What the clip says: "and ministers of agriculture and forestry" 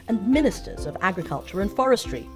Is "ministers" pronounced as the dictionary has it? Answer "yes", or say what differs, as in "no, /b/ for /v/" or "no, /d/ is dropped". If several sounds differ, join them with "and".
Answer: yes